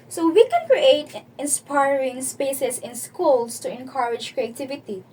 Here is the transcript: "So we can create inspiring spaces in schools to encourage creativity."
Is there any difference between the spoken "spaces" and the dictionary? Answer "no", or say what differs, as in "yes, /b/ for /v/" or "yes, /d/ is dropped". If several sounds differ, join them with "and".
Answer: yes, /s/ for /z/